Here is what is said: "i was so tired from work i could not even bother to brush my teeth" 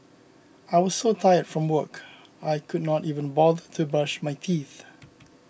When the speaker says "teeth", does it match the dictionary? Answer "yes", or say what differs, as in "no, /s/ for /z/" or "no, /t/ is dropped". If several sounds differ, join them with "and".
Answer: yes